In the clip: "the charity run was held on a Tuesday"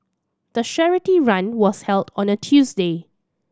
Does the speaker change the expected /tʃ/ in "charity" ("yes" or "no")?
yes